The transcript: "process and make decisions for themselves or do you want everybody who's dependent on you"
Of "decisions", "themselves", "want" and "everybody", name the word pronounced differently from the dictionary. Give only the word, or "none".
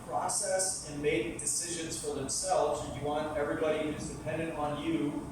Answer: none